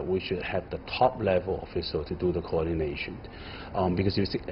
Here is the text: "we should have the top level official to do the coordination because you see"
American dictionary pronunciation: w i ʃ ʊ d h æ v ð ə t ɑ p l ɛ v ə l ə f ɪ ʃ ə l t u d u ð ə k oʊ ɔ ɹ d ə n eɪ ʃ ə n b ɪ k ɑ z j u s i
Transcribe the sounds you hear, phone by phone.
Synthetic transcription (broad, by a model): w i ʃ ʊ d h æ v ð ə t ɑ p l ɛ v ə l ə f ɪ s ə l t u d u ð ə k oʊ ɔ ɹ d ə n eɪ ʃ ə n b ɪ k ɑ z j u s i